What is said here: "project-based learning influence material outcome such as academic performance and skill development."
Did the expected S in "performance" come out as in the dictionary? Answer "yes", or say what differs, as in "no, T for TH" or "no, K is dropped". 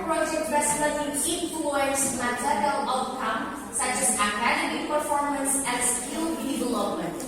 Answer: yes